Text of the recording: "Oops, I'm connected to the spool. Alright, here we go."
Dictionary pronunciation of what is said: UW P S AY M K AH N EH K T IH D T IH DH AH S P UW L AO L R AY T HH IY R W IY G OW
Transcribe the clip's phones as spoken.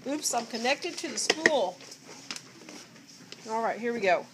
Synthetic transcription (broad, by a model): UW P S AY M K AH N EH K T IH D T IH DH AH S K UW L AO L R AY T HH IY R W IY G OW